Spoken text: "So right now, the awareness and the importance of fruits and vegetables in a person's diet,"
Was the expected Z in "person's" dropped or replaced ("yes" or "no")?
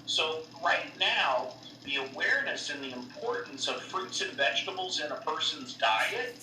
no